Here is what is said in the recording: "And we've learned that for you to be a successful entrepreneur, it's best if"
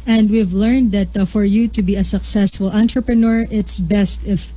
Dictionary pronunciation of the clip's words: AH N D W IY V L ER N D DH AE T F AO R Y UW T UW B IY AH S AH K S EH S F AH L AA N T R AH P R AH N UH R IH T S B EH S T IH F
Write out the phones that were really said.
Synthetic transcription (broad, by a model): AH N D W IY V L ER N D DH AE T F AO R Y UW T UW B IY AH S AH K S EH S F AH L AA N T R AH P R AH N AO R IH T S B EH S T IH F